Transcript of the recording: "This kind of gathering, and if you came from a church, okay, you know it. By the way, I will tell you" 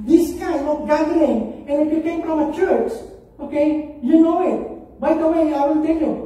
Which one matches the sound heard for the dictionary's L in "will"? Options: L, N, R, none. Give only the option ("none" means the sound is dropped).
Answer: N